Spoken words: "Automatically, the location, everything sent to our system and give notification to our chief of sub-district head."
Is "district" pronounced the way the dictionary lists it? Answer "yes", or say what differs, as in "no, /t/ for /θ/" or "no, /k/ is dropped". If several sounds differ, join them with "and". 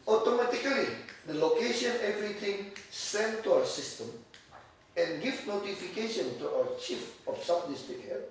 no, /ɹ/ is dropped